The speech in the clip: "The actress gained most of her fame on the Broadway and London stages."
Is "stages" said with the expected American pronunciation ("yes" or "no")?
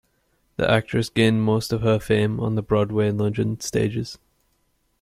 yes